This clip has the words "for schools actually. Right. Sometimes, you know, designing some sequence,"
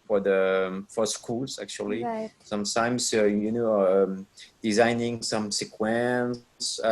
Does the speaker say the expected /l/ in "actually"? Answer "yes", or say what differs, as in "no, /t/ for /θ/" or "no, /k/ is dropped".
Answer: no, /l/ is dropped